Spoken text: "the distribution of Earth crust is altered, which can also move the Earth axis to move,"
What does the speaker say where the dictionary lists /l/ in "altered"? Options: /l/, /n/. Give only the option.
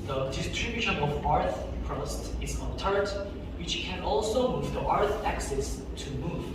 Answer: /n/